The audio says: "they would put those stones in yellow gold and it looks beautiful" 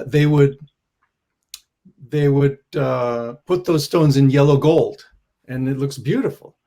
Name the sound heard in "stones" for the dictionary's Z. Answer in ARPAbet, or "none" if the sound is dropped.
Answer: Z